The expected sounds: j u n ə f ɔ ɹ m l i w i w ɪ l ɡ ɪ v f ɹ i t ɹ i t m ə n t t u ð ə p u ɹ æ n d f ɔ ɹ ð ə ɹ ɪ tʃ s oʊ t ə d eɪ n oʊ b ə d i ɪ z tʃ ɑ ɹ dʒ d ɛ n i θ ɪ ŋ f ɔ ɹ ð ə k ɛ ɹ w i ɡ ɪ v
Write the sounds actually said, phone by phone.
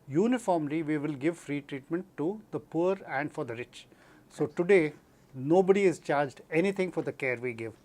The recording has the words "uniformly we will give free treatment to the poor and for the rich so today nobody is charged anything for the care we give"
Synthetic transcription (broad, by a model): j u n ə f ɔ ɹ m l i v i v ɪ l ɡ ɪ v f ɹ i t ɹ i t m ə n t t u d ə p u ɹ æ n d f ɔ ɹ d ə ɹ ɪ tʃ s oʊ t ə d eɪ n oʊ b ə d i ɪ z tʃ ɑ ɹ dʒ d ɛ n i t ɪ ŋ f ɔ ɹ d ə k ɛ ɹ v i ɡ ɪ v